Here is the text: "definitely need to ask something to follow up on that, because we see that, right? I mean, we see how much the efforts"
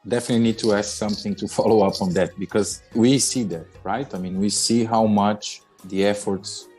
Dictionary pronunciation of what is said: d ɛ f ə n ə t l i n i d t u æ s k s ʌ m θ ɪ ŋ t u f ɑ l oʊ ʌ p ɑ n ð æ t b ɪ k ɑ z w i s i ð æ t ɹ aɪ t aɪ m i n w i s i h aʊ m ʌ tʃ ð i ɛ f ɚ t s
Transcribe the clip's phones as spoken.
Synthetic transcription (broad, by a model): d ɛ f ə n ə t l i n i d t u æ s k s ʌ m θ ɪ ŋ t u f ɑ l oʊ ʌ p ɑ n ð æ t b ɪ k ɑ z w i s i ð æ t ɹ aɪ t aɪ m i n w i s i h aʊ m ʌ tʃ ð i ɛ f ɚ t s